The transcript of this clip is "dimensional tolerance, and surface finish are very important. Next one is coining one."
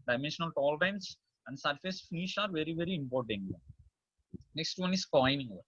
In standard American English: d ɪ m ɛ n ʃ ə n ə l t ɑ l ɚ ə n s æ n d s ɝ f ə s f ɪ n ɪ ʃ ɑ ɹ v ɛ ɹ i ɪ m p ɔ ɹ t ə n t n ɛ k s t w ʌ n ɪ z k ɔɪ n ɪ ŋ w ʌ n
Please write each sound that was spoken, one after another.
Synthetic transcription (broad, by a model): d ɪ m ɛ n ʃ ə n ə l t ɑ l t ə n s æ n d s ɝ f ə s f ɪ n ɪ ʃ ɑ ɹ v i ɹ i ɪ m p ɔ ɹ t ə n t n ɛ k s t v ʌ n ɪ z k ɔɪ n ɪ ŋ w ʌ